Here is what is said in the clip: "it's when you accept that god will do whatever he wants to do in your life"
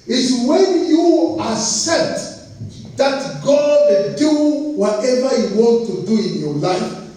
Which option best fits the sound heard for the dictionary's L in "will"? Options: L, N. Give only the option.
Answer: N